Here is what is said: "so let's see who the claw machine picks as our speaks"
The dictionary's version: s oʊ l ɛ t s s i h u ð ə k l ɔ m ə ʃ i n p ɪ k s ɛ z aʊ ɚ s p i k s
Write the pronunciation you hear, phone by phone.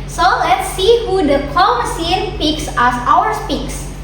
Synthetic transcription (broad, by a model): s oʊ l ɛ t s s i h u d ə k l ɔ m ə s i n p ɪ k s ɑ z aʊ ɚ s p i k s